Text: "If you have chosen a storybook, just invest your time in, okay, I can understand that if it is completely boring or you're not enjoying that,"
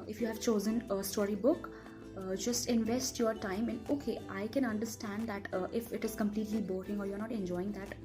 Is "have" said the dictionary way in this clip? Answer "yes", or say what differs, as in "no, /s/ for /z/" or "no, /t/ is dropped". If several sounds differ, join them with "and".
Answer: yes